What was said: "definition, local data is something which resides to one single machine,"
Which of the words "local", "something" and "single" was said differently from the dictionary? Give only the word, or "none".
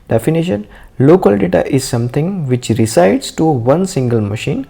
something